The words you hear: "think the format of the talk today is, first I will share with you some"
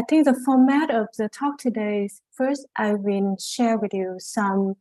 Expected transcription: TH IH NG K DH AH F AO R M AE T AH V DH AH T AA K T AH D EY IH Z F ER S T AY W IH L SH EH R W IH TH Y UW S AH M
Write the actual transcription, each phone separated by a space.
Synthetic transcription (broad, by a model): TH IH NG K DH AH F AO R M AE T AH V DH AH T AA K T AH D EY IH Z F ER S T AY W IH N SH EH R W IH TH Y UW S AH M